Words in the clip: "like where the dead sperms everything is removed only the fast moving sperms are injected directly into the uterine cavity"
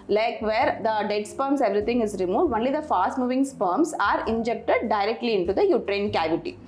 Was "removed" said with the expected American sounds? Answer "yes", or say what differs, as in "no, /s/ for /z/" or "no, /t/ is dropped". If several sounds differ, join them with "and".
yes